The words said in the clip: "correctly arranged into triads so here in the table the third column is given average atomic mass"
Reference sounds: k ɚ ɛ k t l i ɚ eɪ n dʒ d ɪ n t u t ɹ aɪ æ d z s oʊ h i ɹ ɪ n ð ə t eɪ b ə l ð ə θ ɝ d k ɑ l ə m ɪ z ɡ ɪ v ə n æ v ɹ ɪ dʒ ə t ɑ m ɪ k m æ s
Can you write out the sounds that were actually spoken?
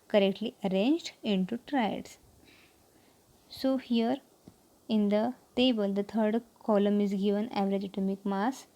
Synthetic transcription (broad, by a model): k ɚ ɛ k t l i ɚ eɪ n dʒ d ɪ n t u t ɹ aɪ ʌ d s s oʊ h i ɹ ɪ n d ə t eɪ b ə l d ə t ɝ d k ɑ l ə m ɪ z ɡ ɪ v ə n æ v ɹ ɪ dʒ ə t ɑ m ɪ k m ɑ s